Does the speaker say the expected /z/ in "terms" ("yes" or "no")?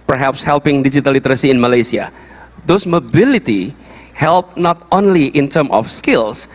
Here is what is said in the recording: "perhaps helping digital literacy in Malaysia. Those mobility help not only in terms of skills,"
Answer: no